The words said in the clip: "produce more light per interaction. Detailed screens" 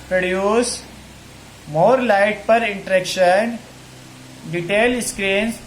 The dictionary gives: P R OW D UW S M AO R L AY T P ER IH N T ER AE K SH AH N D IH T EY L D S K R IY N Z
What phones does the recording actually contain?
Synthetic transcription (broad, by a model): P R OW D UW S M AO R L AY T P ER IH N T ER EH K SH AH N D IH T EY L S K R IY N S